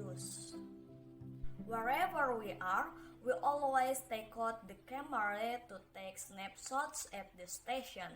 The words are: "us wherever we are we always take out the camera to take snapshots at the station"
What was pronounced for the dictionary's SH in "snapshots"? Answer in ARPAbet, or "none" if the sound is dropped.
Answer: S